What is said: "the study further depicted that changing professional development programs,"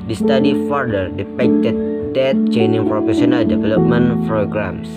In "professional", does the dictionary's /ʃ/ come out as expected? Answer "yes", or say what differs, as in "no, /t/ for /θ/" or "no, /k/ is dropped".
no, /s/ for /ʃ/